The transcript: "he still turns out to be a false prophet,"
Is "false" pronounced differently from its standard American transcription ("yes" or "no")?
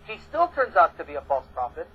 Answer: no